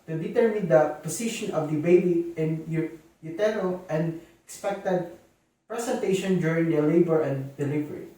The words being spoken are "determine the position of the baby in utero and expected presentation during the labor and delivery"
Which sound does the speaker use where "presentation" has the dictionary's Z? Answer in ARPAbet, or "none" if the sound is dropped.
S